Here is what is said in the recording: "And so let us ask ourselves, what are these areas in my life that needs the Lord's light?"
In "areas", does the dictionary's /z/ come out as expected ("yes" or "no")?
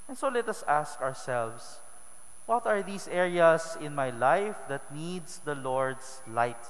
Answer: no